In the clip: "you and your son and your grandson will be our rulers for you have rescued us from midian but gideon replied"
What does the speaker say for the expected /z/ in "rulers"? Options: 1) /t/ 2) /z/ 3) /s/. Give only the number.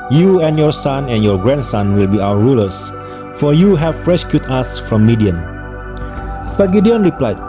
3